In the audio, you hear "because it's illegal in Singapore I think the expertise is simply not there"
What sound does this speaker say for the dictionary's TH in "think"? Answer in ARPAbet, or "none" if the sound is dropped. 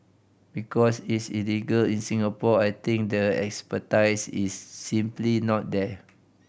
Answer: T